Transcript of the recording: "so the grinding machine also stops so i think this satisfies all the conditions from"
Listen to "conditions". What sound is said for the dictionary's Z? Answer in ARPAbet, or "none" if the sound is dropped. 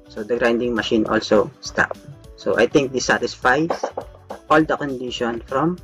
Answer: none